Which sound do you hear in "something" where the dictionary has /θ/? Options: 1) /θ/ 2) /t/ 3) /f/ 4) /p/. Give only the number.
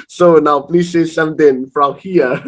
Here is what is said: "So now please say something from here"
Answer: 2